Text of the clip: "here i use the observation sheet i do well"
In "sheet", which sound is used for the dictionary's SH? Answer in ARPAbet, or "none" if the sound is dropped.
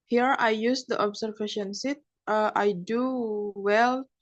S